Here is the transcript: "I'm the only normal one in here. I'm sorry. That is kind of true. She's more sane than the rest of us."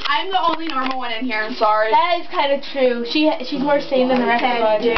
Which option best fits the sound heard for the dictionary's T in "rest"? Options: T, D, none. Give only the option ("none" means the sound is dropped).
none